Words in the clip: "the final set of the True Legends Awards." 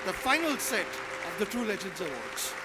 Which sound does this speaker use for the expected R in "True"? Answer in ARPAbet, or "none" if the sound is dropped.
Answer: none